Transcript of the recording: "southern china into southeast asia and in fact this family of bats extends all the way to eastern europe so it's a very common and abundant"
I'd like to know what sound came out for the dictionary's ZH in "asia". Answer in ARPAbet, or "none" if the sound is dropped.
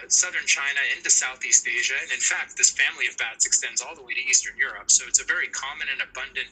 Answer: ZH